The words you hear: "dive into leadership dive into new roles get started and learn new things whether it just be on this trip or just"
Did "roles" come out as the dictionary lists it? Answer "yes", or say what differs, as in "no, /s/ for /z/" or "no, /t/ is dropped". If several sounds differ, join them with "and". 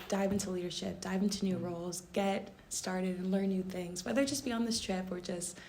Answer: yes